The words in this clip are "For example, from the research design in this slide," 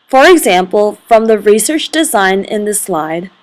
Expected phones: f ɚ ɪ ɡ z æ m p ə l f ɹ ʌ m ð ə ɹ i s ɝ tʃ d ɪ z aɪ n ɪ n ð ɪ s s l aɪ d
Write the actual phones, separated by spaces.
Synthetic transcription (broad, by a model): f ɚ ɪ ɡ z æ m p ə l f ɹ ʌ m ð ə ɹ i s ɝ tʃ d ɪ z aɪ n ɪ n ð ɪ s s l aɪ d